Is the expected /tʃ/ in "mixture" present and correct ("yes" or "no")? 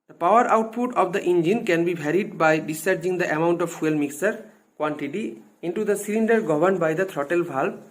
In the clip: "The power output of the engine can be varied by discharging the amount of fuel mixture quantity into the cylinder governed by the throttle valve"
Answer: no